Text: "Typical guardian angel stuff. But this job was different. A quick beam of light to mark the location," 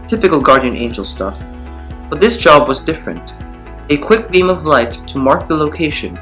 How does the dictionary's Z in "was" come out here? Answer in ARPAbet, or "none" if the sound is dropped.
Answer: Z